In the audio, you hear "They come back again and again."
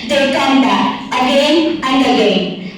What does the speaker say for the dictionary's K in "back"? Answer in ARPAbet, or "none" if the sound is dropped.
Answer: none